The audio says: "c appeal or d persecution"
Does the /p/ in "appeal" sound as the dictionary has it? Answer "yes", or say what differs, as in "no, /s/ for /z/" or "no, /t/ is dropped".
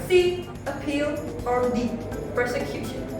yes